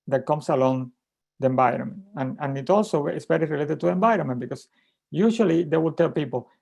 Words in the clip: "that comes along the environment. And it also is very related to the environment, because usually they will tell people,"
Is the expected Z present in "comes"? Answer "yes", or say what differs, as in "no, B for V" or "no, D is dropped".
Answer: no, S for Z